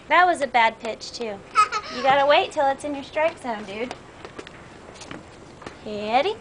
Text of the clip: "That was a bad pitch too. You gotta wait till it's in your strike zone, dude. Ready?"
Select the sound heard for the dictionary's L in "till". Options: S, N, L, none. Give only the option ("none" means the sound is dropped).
L